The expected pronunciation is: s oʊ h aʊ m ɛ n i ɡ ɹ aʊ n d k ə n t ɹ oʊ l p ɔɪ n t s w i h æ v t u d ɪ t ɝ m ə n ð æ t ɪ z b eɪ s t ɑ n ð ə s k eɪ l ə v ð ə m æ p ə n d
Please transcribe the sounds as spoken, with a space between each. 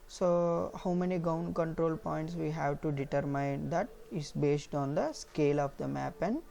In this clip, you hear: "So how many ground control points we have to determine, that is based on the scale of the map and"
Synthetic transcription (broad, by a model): s oʊ h aʊ m ɛ n i ɡ aʊ n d k ə n t ɹ oʊ l p ɔɪ n t s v i h æ v t u d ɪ t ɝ m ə n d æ t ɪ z b eɪ s t ɑ n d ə s k eɪ l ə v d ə m æ p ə n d